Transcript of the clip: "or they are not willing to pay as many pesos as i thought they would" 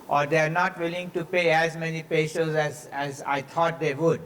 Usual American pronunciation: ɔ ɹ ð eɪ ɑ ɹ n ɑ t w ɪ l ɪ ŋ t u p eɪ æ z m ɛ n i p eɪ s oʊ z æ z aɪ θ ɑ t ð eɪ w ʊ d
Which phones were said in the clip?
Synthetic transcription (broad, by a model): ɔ ɹ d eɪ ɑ ɹ n ɑ t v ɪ l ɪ ŋ t u p eɪ æ z m ɛ n i p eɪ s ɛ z æ z aɪ t ɑ t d eɪ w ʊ d